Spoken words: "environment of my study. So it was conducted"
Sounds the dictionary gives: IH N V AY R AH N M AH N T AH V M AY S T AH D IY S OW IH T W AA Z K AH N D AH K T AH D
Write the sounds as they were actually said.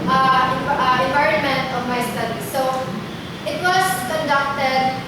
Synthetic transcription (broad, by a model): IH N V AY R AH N M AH N T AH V M AY S T AH D IY S OW IH T W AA S K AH N D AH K T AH D